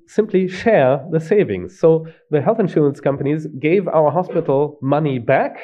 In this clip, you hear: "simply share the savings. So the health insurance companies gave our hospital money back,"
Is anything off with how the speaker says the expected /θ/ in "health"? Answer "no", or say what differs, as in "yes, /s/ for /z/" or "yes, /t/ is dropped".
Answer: no